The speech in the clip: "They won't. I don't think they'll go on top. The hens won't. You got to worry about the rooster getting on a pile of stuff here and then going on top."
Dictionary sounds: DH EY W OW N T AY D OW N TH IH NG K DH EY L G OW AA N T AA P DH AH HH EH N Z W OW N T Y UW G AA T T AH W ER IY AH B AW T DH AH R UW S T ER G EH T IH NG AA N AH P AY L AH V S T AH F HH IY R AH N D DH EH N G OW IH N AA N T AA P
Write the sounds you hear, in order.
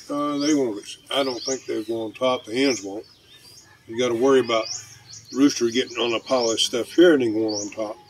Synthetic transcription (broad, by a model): DH EY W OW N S AY D OW N TH IH NG K DH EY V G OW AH N T AA P DH AH HH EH N Z W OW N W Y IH G AA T T AH W ER IY AH B AW T R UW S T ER G EH T IH NG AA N AH P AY L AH S T AH F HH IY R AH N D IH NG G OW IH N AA N T AA P